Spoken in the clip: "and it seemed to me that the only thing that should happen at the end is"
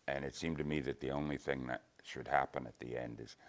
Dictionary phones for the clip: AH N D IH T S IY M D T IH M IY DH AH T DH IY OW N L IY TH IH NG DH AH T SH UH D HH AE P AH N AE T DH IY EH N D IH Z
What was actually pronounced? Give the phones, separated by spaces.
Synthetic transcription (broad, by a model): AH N IH T S IY M T IH M IY DH AH T DH IY OW N L IY TH IH NG DH AH T SH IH D HH AE P AH N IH T DH IY EH N D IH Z